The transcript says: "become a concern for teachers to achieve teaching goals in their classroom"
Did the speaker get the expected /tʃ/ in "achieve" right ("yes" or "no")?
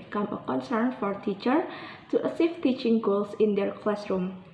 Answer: no